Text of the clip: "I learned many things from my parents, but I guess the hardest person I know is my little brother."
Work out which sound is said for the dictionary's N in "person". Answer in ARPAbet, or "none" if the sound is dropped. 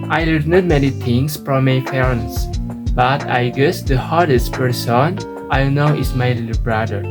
N